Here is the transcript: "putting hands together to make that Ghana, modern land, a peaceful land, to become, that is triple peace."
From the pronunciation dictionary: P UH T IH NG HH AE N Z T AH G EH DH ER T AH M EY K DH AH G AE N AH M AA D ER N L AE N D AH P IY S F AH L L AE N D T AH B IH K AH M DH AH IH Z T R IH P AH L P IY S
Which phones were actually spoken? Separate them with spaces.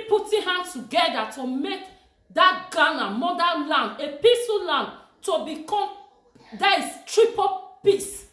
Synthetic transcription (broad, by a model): P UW T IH HH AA N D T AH G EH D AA T AH M EY K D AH G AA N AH M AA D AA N L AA N D AH P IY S AH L L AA N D T AH B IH K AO M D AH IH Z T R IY P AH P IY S